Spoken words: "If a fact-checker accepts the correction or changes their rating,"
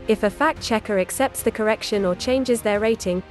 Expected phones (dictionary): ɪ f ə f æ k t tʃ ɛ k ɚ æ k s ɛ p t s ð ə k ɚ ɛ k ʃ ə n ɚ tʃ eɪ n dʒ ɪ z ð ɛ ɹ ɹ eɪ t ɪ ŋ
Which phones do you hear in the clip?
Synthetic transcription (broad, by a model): ɪ f ə f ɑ k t tʃ ɛ k ɚ æ k s ɛ p t s ð ə k ɚ ɛ k ʃ ə n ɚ tʃ eɪ n dʒ ɪ z ð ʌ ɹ ɹ eɪ t ɪ ŋ